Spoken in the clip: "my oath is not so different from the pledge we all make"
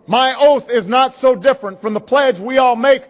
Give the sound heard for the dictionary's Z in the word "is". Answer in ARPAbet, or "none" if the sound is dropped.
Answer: Z